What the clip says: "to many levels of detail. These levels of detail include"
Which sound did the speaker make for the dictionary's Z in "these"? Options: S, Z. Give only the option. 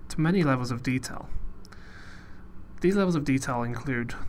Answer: Z